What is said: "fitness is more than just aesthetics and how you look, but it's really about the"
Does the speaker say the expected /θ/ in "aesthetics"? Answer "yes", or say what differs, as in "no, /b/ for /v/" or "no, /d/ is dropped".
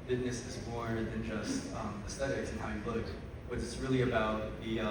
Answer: no, /t/ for /θ/